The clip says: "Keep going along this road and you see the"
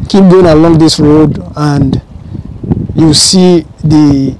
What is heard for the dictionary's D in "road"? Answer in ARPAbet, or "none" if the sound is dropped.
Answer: D